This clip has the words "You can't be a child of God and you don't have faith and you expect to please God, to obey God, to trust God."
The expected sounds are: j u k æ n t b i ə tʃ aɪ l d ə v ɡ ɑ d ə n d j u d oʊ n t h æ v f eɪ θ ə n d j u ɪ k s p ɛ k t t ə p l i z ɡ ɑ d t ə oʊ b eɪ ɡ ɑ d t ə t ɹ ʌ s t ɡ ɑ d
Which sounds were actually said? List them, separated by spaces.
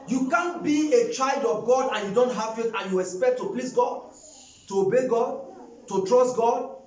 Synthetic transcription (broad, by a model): j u k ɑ n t b i ə tʃ aɪ l d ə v ɡ ɑ d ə n j u d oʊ n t h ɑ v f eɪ t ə n j u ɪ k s p ɛ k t t ə p l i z ɡ ɑ d t ə oʊ b eɪ ɡ ɑ d t ə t ɹ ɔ s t ɡ ɑ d